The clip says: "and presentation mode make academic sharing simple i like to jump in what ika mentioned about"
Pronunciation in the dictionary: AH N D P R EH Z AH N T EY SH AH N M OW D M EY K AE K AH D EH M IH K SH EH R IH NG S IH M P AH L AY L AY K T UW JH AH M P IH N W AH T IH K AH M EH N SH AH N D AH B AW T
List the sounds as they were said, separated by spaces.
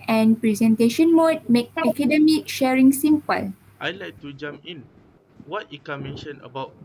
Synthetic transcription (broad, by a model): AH N P R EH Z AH N T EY SH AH N M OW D M EY K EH K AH D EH M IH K SH EH R IH NG S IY M P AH L AY L AY K T UW JH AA M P IH N W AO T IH K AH M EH N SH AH N AH B AW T